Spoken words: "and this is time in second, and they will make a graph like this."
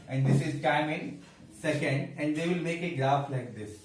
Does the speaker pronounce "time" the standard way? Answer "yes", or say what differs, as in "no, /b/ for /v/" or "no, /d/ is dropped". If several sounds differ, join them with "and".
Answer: yes